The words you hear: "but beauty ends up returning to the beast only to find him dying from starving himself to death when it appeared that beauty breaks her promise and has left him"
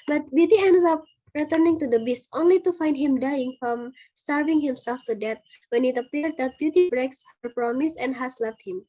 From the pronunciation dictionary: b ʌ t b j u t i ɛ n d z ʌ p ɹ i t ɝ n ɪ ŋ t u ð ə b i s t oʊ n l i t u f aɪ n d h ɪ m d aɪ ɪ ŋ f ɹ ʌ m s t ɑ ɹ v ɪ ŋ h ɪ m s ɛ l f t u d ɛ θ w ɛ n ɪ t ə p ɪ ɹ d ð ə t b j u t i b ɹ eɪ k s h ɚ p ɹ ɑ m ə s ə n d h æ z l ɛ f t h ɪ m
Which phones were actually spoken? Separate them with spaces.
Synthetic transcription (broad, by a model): b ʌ t b j u t i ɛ n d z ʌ p ɹ i t ɝ n ɪ ŋ t u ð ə b i s t oʊ n l i t u f aɪ n d h ɪ m d aɪ ɪ ŋ f ɹ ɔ m s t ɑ ɹ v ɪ ŋ h ɪ m s ɛ l f t u d ɛ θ w ɛ n ɪ t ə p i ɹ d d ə t b j u t i b ɹ eɪ k s h ɚ p ɹ ɑ m ə s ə n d h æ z l ɛ f t h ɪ m